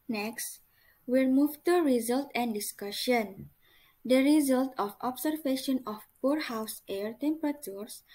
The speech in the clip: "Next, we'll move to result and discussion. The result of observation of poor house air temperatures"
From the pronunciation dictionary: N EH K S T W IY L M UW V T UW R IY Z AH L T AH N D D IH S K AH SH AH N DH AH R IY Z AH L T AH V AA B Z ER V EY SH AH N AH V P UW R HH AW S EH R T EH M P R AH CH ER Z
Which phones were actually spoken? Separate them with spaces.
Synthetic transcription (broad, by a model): N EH K S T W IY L M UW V T UW R IY Z AH L T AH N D D IH S K AH SH AH N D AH R IY Z AH L T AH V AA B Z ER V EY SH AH N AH F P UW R HH AW S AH R T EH M P R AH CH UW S